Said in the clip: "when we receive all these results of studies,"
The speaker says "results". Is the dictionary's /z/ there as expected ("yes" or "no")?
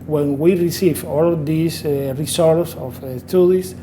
no